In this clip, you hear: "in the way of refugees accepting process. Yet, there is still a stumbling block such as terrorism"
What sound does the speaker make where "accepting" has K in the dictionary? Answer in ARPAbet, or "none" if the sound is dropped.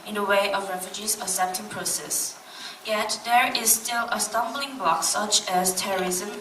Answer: none